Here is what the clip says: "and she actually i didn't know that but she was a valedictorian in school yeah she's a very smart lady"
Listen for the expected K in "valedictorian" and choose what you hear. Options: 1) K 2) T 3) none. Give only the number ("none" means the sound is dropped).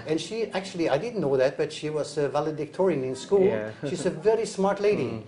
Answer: 1